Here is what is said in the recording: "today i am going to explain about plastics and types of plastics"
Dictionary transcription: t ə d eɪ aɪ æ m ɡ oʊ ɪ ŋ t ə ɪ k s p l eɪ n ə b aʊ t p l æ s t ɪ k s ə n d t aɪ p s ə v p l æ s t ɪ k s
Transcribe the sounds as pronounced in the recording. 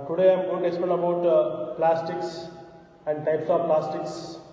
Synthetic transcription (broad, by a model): t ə d eɪ aɪ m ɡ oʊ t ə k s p eɪ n ə b aʊ t p l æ s t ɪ k s ə n d t aɪ p s ə v p l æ s t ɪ k s